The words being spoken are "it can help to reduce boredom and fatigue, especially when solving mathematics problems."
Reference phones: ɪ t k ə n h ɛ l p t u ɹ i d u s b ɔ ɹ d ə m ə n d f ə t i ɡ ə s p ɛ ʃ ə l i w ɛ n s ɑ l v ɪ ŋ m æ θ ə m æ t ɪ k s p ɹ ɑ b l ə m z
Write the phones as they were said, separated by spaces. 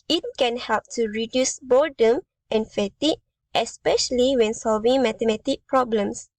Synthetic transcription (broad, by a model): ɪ t k ə n h ɛ l p t u ɹ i d u s b ɔ d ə m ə n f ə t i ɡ ə s p ɛ ʃ ə l i w ɛ n s ɑ l v ɪ ŋ m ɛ t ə m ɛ t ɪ k p ɹ ɑ b l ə m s